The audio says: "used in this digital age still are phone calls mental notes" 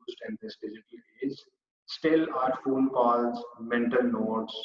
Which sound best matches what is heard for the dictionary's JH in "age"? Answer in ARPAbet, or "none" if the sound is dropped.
Z